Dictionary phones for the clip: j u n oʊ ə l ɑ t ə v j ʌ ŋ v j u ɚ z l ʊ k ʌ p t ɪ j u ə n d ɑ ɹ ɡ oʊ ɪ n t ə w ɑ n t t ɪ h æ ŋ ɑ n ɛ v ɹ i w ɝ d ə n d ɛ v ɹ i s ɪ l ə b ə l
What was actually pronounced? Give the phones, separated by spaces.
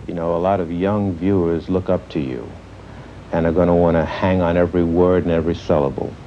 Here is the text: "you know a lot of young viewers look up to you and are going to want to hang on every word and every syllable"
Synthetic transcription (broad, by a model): j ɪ n oʊ ə l ɑ t ə v j ʌ ŋ v j u ɚ z l ʊ k ʌ p t ɪ j u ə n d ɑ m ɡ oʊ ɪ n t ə w ɑ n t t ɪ h æ ŋ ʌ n ɛ v ɹ i w ɝ d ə n ɛ v ɹ i s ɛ l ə b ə l